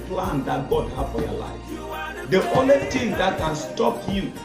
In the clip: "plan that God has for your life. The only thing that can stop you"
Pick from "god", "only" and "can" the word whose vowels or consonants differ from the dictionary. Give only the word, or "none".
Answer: none